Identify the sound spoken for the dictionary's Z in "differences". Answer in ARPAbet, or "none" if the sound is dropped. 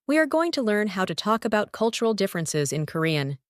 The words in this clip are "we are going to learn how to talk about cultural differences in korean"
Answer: Z